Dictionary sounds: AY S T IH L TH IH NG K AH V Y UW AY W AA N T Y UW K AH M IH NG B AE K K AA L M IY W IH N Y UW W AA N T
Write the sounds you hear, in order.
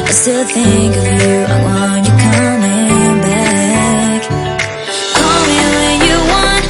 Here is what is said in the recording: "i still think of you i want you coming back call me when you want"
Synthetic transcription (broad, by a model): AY S T IH L TH IH NG K AH V Y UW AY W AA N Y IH K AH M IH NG B AE K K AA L M IY W IH N Y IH W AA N